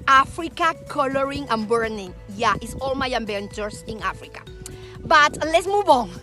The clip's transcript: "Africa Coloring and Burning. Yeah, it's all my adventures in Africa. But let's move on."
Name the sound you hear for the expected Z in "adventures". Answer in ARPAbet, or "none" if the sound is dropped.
S